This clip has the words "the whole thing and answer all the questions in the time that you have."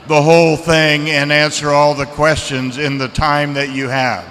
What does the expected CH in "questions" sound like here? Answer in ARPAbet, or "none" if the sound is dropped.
CH